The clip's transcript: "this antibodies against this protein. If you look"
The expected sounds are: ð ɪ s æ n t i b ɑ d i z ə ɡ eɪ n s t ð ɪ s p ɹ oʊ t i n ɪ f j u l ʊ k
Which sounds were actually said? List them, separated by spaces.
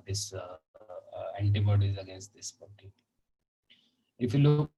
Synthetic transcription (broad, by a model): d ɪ s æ n t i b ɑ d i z ə ɡ eɪ n s t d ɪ s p oʊ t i ɪ f j u l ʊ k